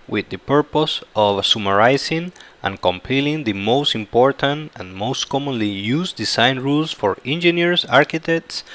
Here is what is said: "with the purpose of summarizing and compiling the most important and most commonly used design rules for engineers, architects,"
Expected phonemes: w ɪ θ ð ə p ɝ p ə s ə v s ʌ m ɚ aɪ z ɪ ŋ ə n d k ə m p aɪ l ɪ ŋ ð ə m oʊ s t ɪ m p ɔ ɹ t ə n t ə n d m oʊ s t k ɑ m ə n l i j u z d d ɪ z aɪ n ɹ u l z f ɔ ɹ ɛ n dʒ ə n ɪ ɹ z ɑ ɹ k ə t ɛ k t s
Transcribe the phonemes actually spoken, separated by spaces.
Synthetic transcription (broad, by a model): w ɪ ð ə p ɝ p ə s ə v s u m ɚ aɪ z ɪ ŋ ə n k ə m p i l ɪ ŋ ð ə m oʊ s t ɪ m p ɔ ɹ t ə n t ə n m oʊ s t k ɑ m ə n l i j u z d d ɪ s aɪ n ɹ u l s f ɔ ɹ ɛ n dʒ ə n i ɹ s ɑ ɹ k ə t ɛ k t s